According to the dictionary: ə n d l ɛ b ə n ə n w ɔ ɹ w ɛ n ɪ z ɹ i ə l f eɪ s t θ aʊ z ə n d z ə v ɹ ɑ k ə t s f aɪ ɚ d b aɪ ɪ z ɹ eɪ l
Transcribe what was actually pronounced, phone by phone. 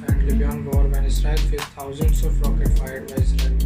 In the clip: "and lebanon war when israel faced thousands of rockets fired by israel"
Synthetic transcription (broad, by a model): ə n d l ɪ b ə ə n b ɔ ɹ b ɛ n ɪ s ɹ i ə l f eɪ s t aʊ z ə n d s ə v ɹ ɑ k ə t f aɪ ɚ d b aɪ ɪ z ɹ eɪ